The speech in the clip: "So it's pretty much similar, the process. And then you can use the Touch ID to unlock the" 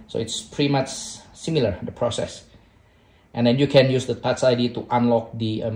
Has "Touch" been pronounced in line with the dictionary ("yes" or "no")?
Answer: no